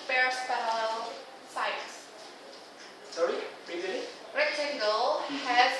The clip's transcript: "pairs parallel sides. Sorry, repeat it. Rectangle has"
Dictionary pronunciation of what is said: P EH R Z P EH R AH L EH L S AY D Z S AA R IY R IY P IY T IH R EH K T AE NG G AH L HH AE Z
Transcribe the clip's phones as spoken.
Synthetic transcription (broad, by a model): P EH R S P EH AH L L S AY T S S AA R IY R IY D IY IH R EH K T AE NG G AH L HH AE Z